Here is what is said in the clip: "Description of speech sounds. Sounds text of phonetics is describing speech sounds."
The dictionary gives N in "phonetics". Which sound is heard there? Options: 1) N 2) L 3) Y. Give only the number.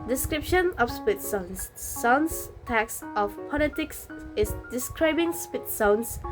2